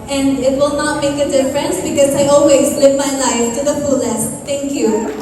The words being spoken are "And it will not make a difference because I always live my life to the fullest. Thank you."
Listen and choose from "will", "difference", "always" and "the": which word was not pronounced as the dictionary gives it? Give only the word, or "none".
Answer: none